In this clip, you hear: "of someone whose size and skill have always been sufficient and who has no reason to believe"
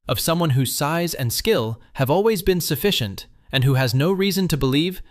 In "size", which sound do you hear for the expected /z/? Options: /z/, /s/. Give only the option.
/z/